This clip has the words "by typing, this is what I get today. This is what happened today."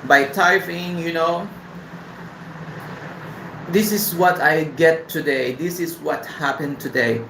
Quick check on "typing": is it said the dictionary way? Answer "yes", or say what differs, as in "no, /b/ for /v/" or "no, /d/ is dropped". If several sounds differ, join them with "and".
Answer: no, /f/ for /p/